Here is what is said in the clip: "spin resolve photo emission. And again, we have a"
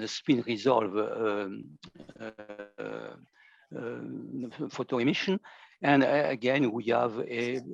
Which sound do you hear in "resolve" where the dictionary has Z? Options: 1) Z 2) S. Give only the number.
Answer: 1